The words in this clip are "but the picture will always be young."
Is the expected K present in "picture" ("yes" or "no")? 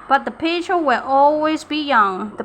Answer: no